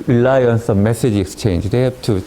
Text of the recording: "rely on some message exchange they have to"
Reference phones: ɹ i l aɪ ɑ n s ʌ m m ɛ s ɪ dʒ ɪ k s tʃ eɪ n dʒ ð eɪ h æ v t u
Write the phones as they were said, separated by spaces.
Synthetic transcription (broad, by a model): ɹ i l aɪ ɑ n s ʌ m m ɛ s ɪ dʒ ɪ k s tʃ eɪ n dʒ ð eɪ h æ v t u